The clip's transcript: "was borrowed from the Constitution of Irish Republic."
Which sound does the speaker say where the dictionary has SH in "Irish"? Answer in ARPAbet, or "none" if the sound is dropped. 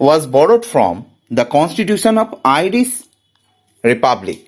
S